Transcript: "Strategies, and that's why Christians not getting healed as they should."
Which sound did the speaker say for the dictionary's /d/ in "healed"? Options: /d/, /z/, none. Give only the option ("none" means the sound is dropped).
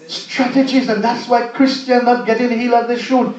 none